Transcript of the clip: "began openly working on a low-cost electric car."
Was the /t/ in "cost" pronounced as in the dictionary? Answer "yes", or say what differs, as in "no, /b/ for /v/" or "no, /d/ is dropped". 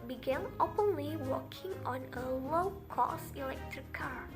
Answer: no, /t/ is dropped